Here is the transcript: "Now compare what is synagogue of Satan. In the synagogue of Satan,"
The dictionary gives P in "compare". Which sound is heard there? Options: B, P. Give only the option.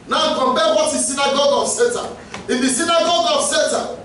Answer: B